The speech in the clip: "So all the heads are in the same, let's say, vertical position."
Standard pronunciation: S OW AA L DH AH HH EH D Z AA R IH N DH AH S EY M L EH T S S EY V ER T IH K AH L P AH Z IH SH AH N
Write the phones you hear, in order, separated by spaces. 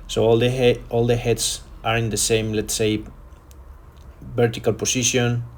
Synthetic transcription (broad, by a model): S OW AA L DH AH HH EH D S AA R IH N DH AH S EY M L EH T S S EY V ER T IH K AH L P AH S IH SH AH N